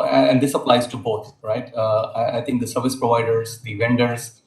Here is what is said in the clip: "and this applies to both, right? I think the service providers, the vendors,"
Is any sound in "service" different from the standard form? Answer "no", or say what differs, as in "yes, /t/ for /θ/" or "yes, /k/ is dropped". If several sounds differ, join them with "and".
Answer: no